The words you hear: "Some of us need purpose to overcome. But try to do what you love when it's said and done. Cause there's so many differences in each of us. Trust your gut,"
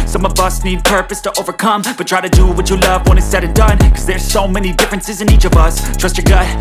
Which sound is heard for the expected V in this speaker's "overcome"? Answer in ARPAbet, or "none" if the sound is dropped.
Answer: V